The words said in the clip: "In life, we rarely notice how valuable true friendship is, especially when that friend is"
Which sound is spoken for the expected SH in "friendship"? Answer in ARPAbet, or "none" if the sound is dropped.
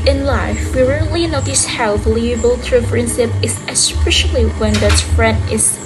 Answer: S